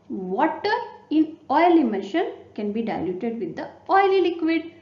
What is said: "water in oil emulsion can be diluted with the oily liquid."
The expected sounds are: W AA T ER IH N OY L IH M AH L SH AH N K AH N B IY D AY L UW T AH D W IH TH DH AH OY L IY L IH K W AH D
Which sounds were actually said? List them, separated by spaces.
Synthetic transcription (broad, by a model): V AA T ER IH N OY L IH M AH N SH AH N K AH N B IY D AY L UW T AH D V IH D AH OY L IY L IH K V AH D